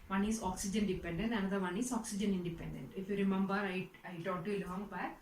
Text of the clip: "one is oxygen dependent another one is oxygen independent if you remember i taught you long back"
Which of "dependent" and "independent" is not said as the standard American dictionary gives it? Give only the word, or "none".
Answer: none